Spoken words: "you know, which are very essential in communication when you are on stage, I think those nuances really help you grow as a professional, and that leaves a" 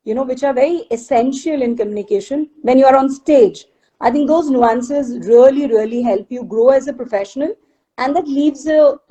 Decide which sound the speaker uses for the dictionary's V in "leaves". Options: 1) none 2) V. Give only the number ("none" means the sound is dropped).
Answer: 2